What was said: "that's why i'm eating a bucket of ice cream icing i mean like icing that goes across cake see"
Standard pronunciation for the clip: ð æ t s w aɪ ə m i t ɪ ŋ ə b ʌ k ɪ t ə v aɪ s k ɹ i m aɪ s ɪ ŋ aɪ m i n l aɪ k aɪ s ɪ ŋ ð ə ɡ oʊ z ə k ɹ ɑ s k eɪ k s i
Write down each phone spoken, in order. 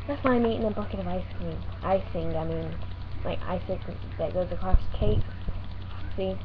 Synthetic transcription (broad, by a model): ð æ t s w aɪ ə m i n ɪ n b ʌ k ɪ t ə v aɪ s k i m aɪ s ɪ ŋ aɪ m i n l aɪ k aɪ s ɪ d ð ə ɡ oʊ z ə k ɹ ɑ s k eɪ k s i